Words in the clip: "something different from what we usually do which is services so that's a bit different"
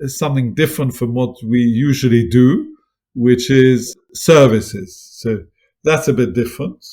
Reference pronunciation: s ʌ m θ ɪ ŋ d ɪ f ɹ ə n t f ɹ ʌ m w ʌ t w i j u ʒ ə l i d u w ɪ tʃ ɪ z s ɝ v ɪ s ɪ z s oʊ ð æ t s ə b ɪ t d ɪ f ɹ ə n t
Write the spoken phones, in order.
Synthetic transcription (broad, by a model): s ʌ m θ ɪ ŋ d ɪ f ɹ ə n t f ɹ ʌ m w ʌ t w i j u ʒ ə l i d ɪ w ɪ tʃ ɪ z s ɝ v ɪ s ɪ z s oʊ ð æ t s ə b ɪ t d ɪ f ɹ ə n t